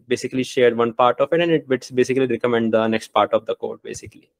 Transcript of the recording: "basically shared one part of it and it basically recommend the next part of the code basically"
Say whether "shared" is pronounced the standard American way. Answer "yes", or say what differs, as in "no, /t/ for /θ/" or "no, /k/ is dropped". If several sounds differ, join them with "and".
yes